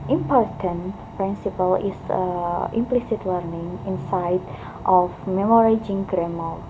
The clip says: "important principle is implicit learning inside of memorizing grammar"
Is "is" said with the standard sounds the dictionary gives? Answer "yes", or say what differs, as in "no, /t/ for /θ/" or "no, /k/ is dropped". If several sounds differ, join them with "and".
no, /s/ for /z/